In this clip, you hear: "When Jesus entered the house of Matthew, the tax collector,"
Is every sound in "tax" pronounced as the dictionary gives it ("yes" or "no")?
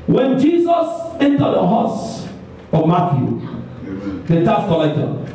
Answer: no